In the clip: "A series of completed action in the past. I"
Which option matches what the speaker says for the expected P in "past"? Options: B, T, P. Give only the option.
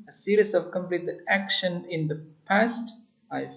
P